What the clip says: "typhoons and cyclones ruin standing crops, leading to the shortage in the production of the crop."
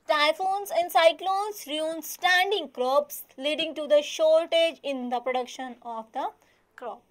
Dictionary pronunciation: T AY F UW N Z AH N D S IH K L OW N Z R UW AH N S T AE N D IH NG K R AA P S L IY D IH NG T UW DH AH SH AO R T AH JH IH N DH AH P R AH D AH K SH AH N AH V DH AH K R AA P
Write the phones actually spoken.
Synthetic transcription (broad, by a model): T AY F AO N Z AH N D S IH K L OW N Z R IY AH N S T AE N D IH NG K R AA P S L IY D IH NG T UW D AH SH AO R T AH JH IH N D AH P R AH D AH K SH AH N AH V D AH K R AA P